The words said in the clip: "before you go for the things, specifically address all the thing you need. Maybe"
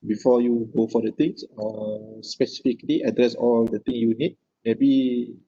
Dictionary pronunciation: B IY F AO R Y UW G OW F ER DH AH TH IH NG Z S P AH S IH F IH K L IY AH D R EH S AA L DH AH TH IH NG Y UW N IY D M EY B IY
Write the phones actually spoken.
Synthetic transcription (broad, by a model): B IY F AO Y UW G OW F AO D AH T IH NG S S P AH S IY F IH K L IY AH D R EH S AA L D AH T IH NG Y UW N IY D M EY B IY